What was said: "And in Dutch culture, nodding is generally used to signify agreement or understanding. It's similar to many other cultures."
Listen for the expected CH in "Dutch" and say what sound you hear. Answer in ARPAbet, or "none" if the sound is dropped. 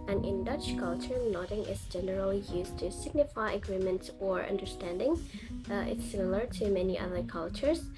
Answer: CH